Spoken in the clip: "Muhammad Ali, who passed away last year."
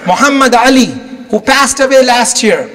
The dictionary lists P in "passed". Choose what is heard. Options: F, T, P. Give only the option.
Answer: P